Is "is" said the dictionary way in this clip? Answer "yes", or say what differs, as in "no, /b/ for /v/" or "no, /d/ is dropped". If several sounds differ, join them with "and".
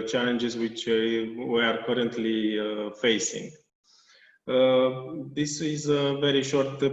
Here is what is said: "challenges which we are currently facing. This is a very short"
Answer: yes